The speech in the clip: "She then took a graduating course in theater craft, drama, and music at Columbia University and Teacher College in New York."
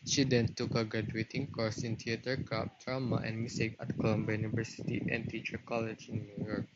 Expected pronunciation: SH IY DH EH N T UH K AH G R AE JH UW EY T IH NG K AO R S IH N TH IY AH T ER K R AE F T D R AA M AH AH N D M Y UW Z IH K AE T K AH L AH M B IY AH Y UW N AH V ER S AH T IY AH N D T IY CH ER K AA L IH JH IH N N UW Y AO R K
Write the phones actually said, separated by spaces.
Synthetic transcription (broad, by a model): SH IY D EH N T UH K AH G R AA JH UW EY T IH NG K AO R S IH N T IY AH T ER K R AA P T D R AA M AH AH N M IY S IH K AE T K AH L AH M B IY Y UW N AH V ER S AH T IY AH N T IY CH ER K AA L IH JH IH N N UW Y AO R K